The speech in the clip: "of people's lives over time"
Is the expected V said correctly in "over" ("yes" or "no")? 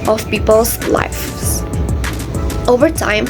yes